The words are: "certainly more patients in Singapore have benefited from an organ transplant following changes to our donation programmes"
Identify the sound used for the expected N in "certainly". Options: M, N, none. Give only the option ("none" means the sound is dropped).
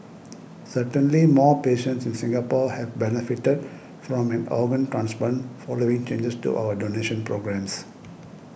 N